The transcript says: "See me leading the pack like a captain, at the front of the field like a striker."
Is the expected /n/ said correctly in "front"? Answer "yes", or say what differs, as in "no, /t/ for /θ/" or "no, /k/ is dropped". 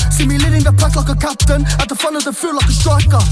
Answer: yes